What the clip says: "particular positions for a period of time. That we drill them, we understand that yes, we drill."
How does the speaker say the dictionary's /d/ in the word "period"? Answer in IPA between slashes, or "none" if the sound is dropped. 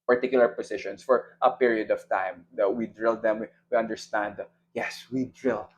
/d/